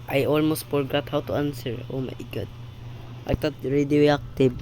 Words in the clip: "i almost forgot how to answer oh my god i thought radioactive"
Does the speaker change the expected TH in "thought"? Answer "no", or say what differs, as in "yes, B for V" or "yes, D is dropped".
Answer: yes, T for TH